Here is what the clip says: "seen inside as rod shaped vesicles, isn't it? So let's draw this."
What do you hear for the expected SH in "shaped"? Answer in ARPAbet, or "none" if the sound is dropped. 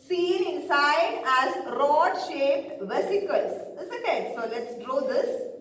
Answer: SH